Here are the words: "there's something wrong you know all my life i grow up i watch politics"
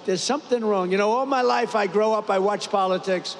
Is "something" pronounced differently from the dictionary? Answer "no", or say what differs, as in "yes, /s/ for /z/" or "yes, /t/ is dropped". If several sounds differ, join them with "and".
no